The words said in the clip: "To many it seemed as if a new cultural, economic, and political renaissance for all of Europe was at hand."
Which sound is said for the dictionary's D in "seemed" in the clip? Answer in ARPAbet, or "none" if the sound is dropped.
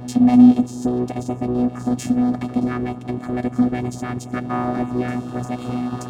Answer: D